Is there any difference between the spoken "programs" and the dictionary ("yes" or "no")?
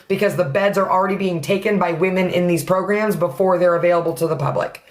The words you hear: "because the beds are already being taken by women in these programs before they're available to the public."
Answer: no